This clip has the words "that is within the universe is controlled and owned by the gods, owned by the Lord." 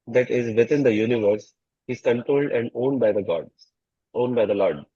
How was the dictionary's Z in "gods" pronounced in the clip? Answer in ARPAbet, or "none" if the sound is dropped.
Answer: none